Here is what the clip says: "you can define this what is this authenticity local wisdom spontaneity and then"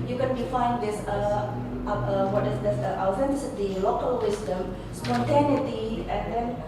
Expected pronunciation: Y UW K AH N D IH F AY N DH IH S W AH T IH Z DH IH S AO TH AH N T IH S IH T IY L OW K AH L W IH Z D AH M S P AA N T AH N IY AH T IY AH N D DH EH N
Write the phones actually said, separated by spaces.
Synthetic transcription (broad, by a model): Y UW K AH N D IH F AY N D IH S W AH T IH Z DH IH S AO F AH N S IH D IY L OW K AH L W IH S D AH M S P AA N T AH N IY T IY AH N D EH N